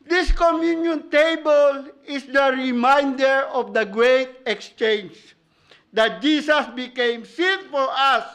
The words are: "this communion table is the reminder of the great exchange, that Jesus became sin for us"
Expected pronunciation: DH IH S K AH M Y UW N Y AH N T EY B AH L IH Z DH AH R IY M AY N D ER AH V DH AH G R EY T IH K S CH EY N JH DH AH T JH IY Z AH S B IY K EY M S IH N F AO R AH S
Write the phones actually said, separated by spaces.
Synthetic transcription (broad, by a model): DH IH S K AH M Y UW N Y AH N T EY B AH L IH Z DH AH R IY M AY N D ER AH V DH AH G R EY T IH K S CH EY N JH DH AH T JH IY S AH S B IY K EY M S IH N F AO R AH S